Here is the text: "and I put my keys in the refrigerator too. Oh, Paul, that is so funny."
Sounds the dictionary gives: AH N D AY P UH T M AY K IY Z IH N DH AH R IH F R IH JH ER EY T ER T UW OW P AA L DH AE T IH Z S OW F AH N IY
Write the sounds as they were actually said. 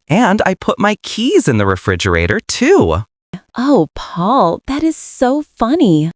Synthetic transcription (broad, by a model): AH N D AY P UH T M AY K IY Z IH N DH AH R IH F R IH JH ER EY T ER T UW OW P AA L DH AE T IH Z S OW F AH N IY